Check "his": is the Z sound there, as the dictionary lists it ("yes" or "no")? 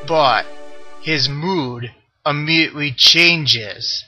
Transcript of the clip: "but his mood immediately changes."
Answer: yes